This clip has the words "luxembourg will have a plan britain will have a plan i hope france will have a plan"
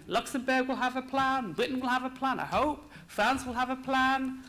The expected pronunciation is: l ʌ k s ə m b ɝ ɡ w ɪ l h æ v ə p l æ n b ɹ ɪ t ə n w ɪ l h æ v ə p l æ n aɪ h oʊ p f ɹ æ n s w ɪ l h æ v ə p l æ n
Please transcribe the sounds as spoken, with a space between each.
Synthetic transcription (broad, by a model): l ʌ k s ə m b ɝ ɡ w ɪ l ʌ v ə p l æ n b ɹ ɪ t n w ɪ l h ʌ v ə p l æ n aɪ h oʊ p f ɹ æ n s w ɪ l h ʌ v ə p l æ n